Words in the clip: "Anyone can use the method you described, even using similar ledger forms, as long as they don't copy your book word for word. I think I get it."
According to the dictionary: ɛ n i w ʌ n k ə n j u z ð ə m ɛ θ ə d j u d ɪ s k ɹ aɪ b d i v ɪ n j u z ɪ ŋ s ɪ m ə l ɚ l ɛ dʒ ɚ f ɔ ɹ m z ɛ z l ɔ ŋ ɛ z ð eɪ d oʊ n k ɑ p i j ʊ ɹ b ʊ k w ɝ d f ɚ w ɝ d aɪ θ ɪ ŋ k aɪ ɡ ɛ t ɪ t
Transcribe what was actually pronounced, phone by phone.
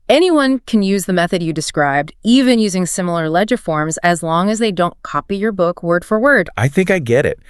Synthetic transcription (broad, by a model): ɛ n i w ʌ n k n j u z ð ə m ɛ θ ə d j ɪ d ɪ s k ɹ aɪ b d i v ɪ n j u z ɪ ŋ s ɪ m l ɚ l ɛ dʒ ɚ f ɔ ɹ m z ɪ z l ɔ ŋ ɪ z ð eɪ d oʊ n k ɑ p i j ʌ ɹ b ʊ k w ɝ d f ɚ w ɝ d aɪ θ ɪ ŋ k aɪ ɡ ɛ t ɪ t